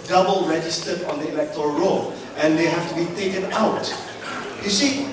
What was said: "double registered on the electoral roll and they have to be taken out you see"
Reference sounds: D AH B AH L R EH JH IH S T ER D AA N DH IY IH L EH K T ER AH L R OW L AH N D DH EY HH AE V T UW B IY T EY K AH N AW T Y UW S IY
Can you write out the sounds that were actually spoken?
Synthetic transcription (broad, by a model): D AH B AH L R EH JH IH S T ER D AA N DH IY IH L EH K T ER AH R OW L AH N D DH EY HH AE F T UW B IY T EY K AH N AW T Y UW S IY